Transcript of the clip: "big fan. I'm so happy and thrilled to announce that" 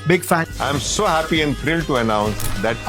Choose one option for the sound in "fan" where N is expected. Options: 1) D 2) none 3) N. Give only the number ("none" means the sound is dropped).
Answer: 2